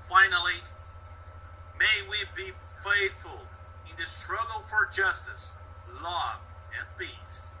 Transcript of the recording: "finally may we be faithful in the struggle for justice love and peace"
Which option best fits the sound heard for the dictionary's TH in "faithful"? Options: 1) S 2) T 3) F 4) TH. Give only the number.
4